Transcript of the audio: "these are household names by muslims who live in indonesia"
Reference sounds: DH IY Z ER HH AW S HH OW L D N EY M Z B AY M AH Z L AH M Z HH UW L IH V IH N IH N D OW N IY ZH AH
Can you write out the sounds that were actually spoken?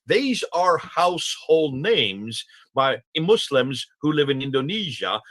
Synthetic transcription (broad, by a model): DH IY Z ER HH AW S HH OW L D N EY M Z B AY M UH S L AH M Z HH UW L IH V IH N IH N D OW N IY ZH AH